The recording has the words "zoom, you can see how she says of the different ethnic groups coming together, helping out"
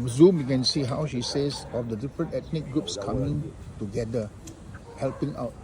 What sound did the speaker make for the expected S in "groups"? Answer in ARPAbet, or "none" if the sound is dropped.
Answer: S